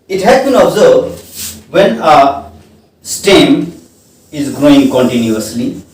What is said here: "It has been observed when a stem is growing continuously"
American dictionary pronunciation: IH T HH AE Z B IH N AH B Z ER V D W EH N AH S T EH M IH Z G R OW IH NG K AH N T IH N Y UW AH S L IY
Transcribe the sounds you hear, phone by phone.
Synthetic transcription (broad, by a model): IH T HH AE Z B IH N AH B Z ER B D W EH N AH S T EH M IH Z G R OW IH NG K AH N T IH N Y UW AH S L IY